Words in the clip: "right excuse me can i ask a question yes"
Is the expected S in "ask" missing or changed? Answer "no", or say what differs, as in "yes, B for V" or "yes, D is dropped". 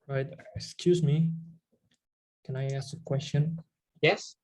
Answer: no